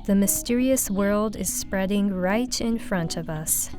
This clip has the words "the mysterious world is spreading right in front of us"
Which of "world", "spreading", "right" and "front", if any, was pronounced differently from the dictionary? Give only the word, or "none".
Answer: none